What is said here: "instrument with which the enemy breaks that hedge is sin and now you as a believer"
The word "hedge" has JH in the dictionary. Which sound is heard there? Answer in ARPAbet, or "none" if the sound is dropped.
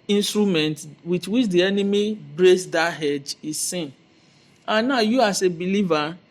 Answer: JH